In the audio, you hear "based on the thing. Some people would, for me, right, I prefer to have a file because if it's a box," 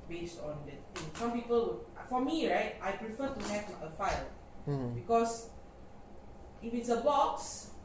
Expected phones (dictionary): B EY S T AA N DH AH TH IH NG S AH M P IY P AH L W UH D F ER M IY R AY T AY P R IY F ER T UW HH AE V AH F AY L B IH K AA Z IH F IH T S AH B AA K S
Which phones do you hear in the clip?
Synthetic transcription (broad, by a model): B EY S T AA N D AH T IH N S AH M P IY P AH L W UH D F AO M IY R AY T AY P R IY F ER T UW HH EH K AH F AY L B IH K AA S IH F IH T S AH B AA K S